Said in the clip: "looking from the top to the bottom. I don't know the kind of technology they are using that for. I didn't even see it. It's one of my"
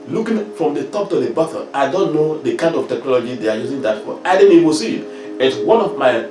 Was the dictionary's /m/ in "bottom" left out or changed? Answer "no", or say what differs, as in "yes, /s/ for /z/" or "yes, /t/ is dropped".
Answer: yes, /m/ is dropped